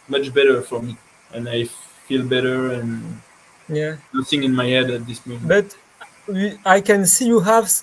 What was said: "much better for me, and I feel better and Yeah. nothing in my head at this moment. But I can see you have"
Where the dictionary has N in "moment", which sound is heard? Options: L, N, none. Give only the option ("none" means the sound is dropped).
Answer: none